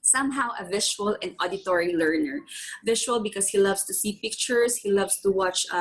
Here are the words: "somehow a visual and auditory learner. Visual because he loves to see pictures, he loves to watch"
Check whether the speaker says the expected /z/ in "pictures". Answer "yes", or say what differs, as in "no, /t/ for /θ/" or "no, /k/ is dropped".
no, /s/ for /z/